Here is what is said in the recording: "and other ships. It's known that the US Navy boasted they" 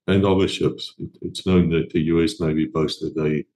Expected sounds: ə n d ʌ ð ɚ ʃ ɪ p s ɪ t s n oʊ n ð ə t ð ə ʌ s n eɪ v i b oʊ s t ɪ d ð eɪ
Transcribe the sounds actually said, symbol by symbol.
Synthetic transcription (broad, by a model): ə n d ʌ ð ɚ ʃ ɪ p s ɪ t s n oʊ n ð ə t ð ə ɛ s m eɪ b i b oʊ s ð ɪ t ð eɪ